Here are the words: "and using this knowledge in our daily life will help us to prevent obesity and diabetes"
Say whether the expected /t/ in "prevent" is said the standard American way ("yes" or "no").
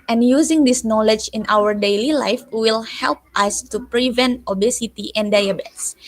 yes